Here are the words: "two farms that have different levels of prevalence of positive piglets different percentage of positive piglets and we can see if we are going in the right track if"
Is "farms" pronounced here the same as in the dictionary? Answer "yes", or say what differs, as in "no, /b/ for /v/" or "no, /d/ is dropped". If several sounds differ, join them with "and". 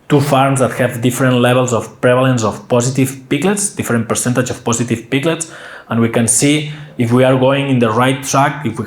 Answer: yes